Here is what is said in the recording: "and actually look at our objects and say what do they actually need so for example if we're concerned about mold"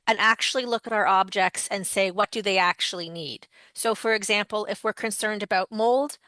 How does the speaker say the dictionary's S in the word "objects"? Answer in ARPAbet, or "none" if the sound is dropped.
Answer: S